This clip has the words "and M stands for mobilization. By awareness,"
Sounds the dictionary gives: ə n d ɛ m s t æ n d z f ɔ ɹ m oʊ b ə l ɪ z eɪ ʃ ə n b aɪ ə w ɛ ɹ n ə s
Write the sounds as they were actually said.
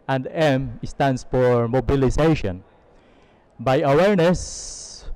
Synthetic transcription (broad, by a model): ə n d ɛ m s t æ n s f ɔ ɹ m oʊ b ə l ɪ s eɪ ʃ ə n b aɪ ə w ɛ ɹ n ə s